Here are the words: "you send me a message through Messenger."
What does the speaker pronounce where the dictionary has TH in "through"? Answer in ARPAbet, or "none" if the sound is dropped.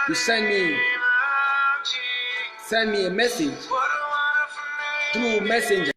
T